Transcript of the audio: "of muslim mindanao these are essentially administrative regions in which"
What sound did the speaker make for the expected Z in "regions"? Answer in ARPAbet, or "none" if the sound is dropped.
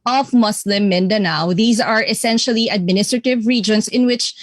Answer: S